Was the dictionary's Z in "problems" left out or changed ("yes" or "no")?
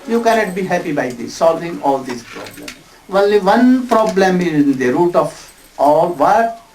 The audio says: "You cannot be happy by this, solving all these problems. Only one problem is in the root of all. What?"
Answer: yes